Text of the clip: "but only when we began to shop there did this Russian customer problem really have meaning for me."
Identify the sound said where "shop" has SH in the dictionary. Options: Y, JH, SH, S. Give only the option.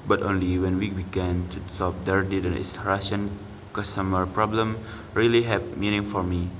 S